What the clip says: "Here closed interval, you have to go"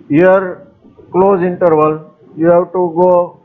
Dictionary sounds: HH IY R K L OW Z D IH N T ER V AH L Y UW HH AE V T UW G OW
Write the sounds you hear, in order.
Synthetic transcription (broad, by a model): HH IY R K L OW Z IH N T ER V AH L Y UW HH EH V T UW G OW